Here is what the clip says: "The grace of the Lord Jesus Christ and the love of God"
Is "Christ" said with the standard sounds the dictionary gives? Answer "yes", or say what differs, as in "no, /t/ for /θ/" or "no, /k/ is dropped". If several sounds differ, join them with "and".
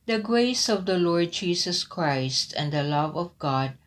yes